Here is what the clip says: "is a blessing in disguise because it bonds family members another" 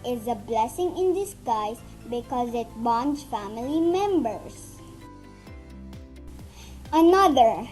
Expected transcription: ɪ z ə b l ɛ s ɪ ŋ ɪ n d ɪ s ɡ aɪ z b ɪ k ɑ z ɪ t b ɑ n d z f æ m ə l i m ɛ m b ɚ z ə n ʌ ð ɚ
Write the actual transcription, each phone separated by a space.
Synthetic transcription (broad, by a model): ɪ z ə b l ɛ s ɪ ŋ ɪ n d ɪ s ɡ aɪ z b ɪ k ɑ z ɪ t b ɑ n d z f æ m ə l i m ɛ m b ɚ s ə n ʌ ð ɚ